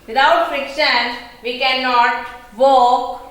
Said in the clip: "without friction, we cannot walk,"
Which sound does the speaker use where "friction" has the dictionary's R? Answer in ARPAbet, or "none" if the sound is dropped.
R